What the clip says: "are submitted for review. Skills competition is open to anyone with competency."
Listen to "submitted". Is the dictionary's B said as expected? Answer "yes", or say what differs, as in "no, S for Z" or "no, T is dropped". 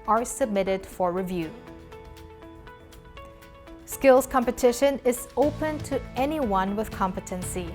yes